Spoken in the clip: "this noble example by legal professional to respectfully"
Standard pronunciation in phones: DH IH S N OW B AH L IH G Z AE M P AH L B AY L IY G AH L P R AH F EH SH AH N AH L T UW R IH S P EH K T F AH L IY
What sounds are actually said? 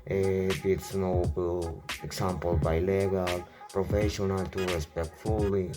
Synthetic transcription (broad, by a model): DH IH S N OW AH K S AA M P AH L B AY L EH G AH L P R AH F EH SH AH N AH L T UW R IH S P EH K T F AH L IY